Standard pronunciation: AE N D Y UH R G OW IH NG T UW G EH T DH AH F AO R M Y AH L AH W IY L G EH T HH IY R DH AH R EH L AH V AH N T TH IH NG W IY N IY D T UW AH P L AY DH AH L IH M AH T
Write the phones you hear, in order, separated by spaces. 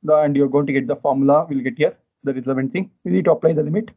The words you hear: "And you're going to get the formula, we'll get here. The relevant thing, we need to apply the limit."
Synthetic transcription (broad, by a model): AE N D Y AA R G OW IH NG T UW G EH T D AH F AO R M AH L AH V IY L G EH T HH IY R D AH R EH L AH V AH N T S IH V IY N IY D T UW AH P L AY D AH L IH M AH T